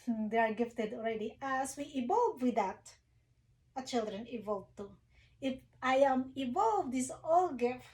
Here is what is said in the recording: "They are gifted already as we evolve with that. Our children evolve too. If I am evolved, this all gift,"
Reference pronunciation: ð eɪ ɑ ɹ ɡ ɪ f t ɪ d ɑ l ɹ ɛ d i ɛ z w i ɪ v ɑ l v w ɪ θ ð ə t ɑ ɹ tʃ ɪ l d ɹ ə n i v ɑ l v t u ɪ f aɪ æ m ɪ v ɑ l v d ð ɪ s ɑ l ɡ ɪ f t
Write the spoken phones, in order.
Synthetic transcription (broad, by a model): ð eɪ ɑ ɹ ɡ ɪ f t ɪ d ɑ l ɹ ɛ d i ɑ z w i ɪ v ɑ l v w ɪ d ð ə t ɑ tʃ ɪ l d ɹ ə n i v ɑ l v t u ɪ f aɪ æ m ɪ v ɑ l v d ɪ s ɑ l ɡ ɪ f